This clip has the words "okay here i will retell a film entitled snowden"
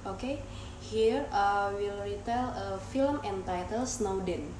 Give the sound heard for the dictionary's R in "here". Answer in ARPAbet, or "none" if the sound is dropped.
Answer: R